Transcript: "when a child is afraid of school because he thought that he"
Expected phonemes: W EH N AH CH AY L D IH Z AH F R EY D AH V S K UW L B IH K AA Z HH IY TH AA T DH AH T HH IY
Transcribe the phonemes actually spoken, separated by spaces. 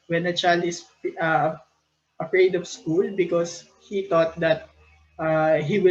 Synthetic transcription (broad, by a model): W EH N AH CH AY L D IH S AH F R EY D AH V S K UW L B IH K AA S HH IY T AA T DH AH T HH IY